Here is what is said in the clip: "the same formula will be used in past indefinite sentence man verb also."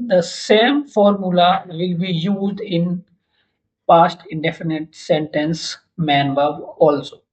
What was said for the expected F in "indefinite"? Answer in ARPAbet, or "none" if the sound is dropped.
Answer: F